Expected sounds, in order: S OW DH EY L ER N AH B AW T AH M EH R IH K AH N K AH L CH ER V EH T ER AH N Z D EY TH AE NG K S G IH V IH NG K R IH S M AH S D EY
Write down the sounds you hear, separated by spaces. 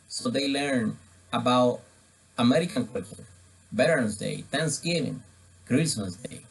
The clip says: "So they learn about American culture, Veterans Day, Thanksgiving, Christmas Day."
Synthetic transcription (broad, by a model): S OW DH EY L ER N AH B AW T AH M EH R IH K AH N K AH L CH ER B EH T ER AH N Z D EY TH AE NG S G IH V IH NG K R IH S AH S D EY